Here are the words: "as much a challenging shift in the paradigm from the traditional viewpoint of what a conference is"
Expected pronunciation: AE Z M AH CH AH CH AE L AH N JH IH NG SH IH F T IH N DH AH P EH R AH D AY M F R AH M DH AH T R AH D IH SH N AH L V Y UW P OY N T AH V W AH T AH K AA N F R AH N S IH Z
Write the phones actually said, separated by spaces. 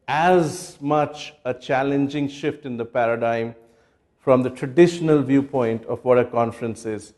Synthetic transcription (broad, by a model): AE Z M AH CH AH CH AE L AH N JH IH NG SH IH F T IH N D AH P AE R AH D AY M F R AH M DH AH T R AH D IH SH N AH L V Y UW P OY N T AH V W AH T AH K AA N F R AH N S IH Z